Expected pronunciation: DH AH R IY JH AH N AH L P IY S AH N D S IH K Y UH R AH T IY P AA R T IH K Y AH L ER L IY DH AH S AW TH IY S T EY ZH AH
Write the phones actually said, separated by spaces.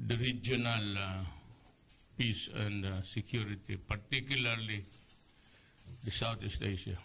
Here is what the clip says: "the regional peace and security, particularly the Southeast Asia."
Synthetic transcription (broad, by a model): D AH R IY JH AH N AH L P IY S AH N D S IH K Y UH R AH T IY P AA R T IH K Y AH L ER L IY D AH S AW T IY S T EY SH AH